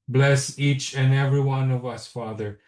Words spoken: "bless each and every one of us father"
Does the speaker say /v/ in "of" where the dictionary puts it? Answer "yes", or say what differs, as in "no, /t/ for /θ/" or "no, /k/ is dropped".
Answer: yes